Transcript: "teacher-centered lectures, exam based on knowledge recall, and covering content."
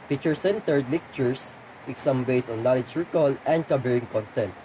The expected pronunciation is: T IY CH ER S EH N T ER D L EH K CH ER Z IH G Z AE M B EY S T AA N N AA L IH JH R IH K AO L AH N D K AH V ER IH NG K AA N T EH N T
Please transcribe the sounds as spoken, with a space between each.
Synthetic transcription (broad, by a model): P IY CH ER S EH N T ER D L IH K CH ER S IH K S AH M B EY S AA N N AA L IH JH R IH K AO L AH N D K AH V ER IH NG K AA N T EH N T